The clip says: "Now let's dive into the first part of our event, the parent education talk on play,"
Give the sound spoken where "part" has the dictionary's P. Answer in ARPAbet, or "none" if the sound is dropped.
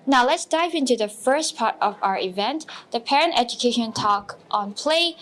P